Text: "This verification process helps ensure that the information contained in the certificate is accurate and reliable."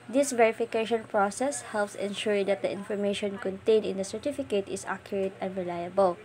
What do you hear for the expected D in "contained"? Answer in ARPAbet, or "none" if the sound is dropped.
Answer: none